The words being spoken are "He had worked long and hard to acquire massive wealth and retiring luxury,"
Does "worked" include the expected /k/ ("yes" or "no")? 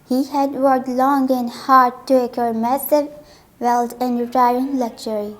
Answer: no